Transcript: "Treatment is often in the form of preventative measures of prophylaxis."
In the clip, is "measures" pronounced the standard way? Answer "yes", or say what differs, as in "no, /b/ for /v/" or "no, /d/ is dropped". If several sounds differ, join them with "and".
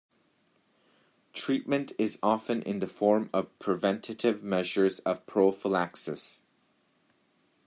yes